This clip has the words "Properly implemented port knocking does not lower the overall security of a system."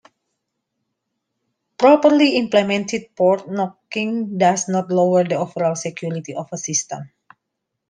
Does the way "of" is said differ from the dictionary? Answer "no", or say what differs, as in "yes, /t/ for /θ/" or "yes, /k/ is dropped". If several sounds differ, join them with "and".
yes, /f/ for /v/